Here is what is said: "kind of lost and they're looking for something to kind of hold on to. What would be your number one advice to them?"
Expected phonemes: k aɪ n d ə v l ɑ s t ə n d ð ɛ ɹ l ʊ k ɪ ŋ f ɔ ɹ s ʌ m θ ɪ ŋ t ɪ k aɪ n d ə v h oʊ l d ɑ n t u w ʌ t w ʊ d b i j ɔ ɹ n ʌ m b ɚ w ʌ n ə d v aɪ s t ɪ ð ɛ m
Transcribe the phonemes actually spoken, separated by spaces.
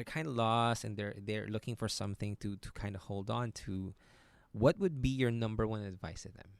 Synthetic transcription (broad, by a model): k aɪ n d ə l ɑ s ə n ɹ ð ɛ ɹ l ʊ k ɪ ŋ f ɔ ɹ s ʌ m θ ɪ ŋ t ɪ k aɪ n d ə h oʊ l d n t u w ʌ t w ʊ d b i j ɔ ɹ n ʌ m b ɚ w ʌ n ə d v aɪ s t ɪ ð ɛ m